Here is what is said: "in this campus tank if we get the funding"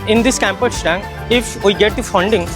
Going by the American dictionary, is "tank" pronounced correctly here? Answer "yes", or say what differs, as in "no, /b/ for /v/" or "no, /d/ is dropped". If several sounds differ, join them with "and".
no, /k/ is dropped